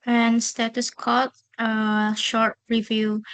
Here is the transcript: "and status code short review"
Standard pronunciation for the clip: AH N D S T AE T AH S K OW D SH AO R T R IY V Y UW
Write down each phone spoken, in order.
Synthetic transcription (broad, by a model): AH N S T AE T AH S K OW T SH AO R T R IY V Y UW